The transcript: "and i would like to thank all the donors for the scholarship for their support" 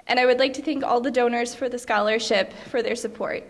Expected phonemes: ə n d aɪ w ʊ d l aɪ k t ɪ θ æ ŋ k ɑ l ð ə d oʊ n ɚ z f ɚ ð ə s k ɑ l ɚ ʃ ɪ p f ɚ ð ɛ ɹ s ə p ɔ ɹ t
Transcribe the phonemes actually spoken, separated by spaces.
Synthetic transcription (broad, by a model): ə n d aɪ w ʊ d l aɪ k t ɪ θ æ ŋ k ɑ l ð ə d oʊ n ɚ z f ɚ ð ə s k ɑ l ɚ ʃ ɪ p f ɚ ð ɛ ɹ s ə p ɔ ɹ t